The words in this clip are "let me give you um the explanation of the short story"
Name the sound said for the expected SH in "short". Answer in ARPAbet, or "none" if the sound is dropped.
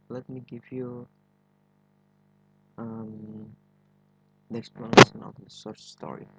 S